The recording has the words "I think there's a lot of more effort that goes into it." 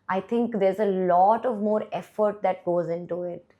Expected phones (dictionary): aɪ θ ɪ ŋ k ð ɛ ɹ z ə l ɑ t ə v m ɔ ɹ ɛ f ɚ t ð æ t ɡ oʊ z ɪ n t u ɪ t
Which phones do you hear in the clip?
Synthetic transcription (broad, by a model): aɪ t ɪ ŋ k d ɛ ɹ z ə l ɑ t ə v m ɔ ɹ ɛ f ɚ t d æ t ɡ oʊ z ɪ n t u ɪ t